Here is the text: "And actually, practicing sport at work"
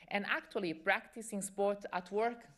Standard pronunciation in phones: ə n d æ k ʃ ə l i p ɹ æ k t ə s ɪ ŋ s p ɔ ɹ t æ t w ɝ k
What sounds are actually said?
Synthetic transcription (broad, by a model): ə n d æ k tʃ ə l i p ɹ æ k t ə s ɪ ŋ s p ɔ ɹ t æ t w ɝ k